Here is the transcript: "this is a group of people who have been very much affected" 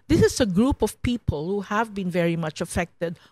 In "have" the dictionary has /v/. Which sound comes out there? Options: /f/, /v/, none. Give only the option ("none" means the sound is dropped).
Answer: /v/